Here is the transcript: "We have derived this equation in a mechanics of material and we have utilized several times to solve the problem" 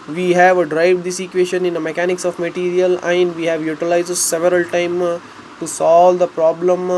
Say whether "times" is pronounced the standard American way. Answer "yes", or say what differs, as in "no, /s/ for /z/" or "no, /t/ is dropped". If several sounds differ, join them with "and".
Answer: no, /z/ is dropped